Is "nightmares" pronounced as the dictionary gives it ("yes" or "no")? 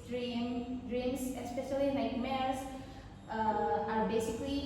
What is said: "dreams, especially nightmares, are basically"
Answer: no